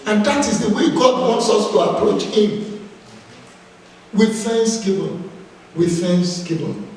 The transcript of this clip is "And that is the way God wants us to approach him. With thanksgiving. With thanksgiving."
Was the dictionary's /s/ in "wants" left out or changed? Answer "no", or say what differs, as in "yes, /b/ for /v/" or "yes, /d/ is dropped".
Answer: no